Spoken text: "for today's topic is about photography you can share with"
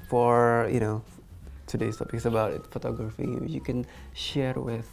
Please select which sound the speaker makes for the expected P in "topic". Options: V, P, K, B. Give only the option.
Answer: B